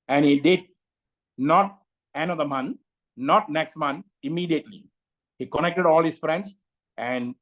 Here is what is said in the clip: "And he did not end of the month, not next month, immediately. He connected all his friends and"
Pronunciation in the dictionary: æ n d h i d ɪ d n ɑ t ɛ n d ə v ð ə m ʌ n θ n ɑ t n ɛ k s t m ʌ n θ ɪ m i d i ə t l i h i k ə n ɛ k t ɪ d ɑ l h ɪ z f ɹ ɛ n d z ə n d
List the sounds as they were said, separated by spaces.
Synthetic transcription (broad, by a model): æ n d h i d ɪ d n ɑ t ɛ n ə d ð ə m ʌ n n ɑ t n ɛ k s t m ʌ n ɪ m i d i ə t l i h i k ə n ɛ k t ɪ d ɑ l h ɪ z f ɹ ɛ n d s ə n d